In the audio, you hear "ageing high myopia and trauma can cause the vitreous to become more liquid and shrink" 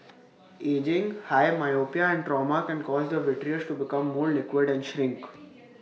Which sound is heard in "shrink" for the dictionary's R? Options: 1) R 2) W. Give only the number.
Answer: 1